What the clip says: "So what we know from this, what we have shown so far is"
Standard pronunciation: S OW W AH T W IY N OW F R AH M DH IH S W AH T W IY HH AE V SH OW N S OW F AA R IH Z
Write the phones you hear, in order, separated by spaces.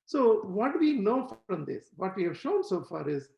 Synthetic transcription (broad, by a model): S OW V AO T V IY N OW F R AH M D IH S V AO T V IY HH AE V SH OW N S OW F AA R IH Z